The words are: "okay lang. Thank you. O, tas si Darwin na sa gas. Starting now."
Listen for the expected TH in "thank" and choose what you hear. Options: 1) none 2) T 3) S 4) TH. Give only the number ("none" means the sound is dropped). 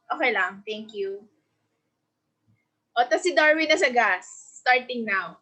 2